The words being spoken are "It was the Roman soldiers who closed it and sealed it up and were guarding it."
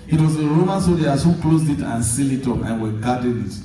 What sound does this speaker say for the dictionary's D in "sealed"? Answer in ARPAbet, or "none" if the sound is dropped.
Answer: none